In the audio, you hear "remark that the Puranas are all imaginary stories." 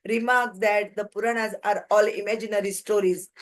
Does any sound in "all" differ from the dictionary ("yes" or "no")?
no